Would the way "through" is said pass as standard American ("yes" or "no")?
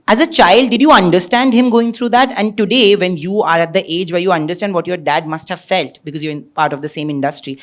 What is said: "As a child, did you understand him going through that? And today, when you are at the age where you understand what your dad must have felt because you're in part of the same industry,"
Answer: no